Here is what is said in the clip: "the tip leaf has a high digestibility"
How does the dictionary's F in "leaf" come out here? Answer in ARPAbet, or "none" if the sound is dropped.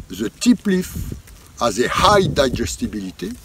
F